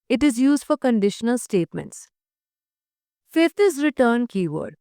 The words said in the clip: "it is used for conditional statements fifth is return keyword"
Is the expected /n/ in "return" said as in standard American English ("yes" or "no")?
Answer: yes